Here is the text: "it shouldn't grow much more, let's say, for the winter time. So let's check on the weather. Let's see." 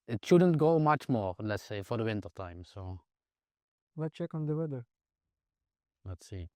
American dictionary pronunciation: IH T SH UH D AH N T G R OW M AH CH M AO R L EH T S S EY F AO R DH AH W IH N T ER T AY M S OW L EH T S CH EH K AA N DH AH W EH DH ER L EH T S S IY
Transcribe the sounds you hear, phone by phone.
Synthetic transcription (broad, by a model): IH T SH UH D AH N T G OW M AH CH M AO R L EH T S S EY F AO R DH AH W IH N T ER T AY M S OW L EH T CH EH K AA N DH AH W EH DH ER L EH T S S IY